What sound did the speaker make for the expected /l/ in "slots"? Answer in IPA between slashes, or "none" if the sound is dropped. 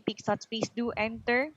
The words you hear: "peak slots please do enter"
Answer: none